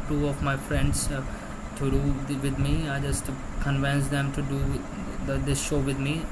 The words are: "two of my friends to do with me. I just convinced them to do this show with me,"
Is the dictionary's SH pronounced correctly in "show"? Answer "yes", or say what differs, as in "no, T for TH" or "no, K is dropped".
yes